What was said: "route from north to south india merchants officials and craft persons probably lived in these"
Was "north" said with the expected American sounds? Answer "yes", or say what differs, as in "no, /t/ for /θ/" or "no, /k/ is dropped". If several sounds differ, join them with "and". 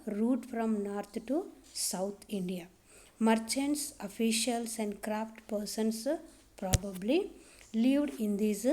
no, /t/ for /θ/